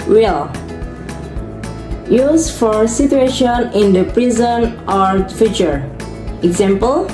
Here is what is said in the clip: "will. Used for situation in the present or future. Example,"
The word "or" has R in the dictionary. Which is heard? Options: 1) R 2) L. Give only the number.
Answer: 1